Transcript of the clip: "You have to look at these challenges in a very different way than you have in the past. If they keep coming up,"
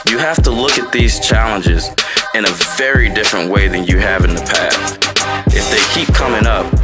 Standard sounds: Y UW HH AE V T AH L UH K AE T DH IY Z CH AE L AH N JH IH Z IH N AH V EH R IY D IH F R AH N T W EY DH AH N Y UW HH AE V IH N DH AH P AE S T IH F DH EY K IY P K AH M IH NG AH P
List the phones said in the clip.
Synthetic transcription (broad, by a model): Y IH HH AE F T AH L UH K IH T DH IY Z CH AE L AH N JH IH Z IH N AH V EH R IY D IH F R AH N T W EY DH AH N Y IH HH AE V IH N DH AH P AE TH T IH F DH EY K IY P K AH M IH NG AH P